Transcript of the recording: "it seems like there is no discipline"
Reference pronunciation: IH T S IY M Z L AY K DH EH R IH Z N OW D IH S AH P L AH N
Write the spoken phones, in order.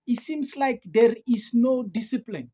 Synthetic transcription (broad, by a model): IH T S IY M S L AY K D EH R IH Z N OW D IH S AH P L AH N